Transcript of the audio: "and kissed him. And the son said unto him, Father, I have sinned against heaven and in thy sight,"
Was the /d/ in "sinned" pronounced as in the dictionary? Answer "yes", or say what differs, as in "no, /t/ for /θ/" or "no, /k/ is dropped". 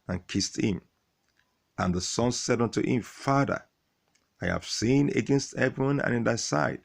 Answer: no, /d/ is dropped